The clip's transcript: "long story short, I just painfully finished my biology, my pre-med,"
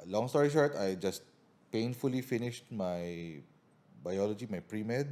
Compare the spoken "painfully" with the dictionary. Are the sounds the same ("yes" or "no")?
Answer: yes